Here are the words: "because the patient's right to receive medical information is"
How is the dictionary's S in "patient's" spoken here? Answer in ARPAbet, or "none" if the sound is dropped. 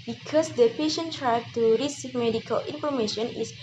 none